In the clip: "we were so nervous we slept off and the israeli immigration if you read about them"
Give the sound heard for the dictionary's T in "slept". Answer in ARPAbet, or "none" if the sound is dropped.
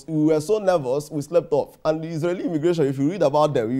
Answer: T